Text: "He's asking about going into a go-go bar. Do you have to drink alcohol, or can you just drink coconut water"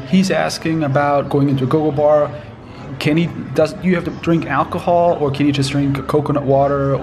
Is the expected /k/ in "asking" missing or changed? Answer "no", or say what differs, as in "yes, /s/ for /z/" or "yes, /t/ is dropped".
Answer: no